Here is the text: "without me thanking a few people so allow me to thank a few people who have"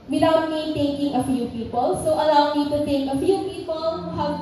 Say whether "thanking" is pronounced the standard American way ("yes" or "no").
no